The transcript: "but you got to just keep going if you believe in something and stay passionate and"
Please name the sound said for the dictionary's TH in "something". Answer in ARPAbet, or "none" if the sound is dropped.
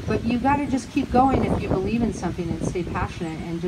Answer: TH